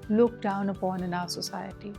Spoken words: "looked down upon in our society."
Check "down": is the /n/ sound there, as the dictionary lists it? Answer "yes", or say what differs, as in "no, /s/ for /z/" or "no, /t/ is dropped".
yes